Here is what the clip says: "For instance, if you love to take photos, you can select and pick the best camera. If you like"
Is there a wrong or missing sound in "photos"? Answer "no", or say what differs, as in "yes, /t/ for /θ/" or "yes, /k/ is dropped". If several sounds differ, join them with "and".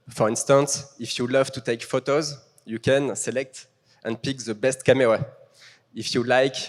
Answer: no